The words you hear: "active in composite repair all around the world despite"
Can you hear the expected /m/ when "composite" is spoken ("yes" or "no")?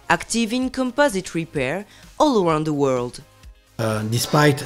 yes